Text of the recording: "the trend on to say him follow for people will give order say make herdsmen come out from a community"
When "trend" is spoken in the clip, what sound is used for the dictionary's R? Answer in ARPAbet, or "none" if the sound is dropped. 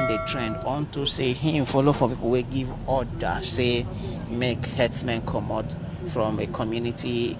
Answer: R